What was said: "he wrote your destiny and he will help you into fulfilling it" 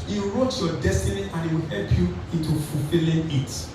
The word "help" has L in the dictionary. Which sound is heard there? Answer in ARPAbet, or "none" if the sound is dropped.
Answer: L